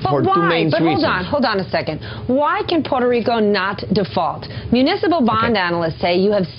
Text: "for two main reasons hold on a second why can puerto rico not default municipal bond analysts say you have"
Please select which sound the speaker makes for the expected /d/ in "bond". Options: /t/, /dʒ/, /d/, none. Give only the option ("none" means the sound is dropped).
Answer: /d/